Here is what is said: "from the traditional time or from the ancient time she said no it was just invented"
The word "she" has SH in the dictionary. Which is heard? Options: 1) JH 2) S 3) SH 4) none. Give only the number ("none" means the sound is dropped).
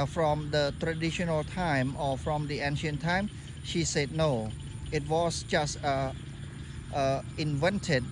3